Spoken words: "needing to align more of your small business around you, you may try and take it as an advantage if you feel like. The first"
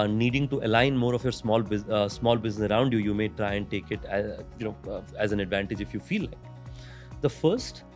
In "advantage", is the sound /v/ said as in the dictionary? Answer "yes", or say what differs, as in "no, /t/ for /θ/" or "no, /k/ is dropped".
yes